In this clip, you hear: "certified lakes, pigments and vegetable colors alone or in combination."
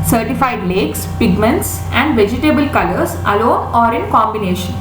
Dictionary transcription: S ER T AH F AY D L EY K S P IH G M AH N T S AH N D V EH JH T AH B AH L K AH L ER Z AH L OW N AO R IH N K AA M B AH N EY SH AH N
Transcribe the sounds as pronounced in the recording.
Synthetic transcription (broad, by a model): S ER T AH F AY D L EY K S P IH G M AH N T S AH N D V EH JH T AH B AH L K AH L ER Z AH L OW N AO R IH N K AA M B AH N EY SH AH N